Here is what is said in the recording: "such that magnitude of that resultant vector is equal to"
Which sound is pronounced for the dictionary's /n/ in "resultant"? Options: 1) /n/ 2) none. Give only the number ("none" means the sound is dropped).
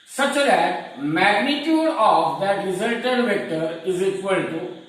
2